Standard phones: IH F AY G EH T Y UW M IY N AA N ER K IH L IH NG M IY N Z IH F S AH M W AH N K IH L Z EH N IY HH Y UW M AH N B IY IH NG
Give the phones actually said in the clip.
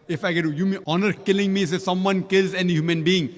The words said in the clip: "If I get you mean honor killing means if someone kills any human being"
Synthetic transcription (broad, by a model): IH F AY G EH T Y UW M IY AA N ER K IH L IH NG M IY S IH S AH M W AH N K IH L Z EH N IY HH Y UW M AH N B IY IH NG